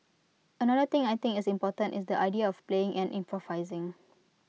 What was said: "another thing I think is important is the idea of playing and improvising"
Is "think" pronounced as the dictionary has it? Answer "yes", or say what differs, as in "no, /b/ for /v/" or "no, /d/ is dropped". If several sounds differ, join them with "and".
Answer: no, /t/ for /θ/ and /k/ is dropped